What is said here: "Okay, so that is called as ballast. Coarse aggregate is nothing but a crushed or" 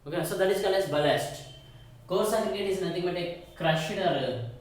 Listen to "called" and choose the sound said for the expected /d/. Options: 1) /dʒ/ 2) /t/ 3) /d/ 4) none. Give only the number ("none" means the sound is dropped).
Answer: 4